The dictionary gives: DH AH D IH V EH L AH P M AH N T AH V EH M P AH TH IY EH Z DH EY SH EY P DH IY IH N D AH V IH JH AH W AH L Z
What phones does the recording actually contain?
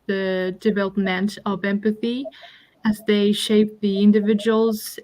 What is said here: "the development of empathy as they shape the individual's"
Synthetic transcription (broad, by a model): DH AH D IH V EH L AH P M AH N T AH V EH M P AH TH IY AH Z DH EY SH EY P DH IY IH N D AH V IH JH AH W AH L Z